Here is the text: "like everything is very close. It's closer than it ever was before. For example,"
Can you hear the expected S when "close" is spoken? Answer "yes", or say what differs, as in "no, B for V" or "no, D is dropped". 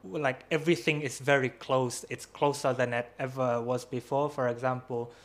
yes